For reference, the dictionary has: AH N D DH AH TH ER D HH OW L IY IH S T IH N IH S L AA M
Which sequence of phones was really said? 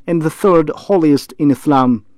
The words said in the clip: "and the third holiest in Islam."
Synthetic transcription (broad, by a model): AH N DH AH TH ER D HH OW L IY IH S T IH N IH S L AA M